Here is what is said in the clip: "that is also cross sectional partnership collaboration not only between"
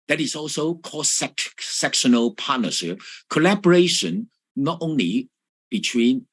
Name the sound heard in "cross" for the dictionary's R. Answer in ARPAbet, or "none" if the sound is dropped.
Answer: none